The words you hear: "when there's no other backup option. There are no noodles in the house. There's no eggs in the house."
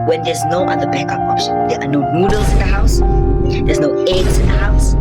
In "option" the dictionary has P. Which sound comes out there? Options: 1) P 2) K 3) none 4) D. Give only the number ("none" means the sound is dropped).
3